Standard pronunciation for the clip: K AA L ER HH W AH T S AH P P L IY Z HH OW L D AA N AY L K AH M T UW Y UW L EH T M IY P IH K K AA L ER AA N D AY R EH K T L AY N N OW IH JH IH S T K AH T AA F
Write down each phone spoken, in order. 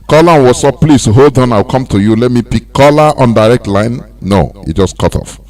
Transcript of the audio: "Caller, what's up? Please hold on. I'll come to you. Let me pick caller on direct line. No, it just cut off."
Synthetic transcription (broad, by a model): K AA L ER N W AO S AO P P L IY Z HH OW L D AA N AY W K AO M T UW Y UW L EH T M IY P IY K K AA L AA AA N D AY R EH K T L AY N N OW IH JH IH S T K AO T AA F